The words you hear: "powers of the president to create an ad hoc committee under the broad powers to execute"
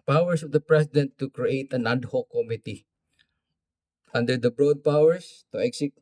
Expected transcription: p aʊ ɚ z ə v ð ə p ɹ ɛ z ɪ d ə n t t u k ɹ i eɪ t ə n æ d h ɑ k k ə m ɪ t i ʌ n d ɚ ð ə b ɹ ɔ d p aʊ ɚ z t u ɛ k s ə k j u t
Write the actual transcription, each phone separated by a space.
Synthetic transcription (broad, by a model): p aʊ ɚ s ə v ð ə p ɹ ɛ s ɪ d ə n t t u k ɹ i eɪ t ə n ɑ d h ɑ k k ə m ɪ t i ʌ n d ɚ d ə b ɹ ɔ d p aʊ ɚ s t u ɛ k s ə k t